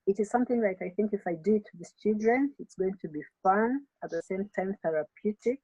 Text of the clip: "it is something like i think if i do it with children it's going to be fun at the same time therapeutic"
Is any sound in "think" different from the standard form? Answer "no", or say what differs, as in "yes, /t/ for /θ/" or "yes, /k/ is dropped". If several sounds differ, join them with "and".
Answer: no